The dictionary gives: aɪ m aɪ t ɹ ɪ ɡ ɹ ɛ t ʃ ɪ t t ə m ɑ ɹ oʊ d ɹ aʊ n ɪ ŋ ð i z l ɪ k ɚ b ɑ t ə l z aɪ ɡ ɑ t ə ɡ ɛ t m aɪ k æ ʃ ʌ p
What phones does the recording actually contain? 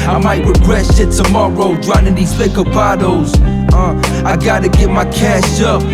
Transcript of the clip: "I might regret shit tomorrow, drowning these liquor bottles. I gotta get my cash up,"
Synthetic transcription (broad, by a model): aɪ m aɪ t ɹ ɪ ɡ ɹ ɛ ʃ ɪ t t ə m ɑ ɹ oʊ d ɹ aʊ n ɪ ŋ ð i z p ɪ k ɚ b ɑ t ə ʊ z aɪ ɡ ɑ t ə ɡ ɛ t m aɪ k æ ʃ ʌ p